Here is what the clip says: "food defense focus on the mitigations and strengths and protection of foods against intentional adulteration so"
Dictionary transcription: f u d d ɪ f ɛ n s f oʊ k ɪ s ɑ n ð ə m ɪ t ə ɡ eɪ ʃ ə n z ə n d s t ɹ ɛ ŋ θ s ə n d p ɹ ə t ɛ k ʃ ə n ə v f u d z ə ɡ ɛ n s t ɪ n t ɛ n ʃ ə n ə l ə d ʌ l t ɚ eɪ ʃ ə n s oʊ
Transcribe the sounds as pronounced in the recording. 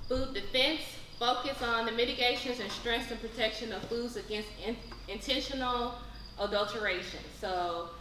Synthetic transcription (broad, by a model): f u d d ɪ f ɛ n s f oʊ k ɪ s n ð ə m ɪ t ə ɡ eɪ ʃ ə n z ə n s t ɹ ɛ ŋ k s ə n p ɹ ə t ɛ k ʃ ə n ə v f u d z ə ɡ ɛ n s t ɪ n t ɛ n ʃ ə n l ə d ʌ l t ɚ eɪ ʃ ə n s oʊ